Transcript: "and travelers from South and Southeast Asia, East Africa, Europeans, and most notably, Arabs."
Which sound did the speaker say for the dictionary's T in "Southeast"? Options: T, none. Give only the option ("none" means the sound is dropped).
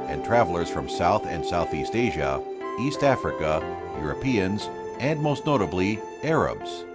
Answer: T